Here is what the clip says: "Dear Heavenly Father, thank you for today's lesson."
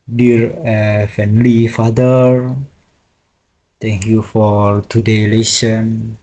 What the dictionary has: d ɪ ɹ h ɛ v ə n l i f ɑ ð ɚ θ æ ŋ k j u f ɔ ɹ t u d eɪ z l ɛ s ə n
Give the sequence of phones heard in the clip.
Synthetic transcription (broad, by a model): d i ɹ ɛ f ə n l i f ɑ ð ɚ t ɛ ŋ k j u f ɔ ɹ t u d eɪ l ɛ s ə n